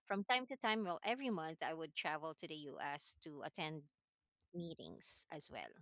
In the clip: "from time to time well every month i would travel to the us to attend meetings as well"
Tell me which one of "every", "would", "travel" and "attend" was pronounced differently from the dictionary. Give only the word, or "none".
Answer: none